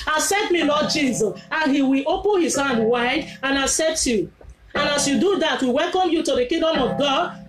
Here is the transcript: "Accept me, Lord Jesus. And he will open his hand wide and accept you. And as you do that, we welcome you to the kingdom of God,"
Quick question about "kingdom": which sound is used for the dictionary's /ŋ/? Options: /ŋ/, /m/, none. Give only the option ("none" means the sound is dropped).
none